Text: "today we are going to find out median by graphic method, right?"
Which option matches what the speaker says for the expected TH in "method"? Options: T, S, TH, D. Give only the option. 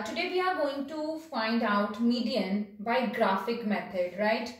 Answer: T